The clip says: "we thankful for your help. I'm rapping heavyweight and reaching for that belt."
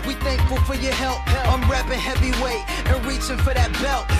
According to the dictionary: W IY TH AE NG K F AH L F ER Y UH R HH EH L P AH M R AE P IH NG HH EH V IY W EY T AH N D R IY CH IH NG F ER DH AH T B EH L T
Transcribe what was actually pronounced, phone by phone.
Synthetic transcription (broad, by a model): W IY TH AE NG K F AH L F ER Y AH R HH EH L P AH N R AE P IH HH EH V IY W EY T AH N R IY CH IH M F ER DH AH T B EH L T